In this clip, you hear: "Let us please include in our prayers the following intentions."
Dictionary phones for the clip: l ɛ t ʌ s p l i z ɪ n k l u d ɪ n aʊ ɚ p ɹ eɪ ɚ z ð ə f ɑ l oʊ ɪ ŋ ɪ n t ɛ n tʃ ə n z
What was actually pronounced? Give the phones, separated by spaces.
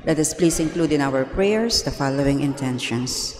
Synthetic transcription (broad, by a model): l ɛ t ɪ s p l i s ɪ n k l u d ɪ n aʊ ɚ p ɹ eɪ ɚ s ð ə f ɑ l oʊ ɪ ŋ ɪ n t ɛ n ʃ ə n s